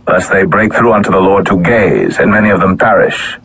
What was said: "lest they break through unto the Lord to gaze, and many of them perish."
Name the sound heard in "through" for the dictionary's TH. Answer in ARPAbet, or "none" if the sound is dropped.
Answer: TH